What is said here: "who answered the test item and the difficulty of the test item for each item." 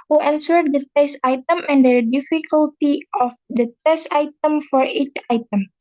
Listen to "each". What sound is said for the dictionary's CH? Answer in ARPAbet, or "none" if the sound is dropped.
CH